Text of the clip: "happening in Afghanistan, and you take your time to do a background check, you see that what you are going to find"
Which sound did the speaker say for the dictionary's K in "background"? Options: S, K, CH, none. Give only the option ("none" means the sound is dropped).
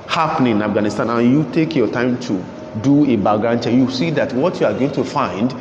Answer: none